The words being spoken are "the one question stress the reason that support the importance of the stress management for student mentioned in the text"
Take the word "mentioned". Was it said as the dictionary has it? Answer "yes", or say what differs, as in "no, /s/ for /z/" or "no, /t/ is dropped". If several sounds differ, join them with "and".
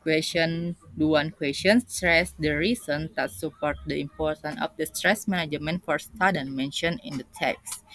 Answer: no, /d/ is dropped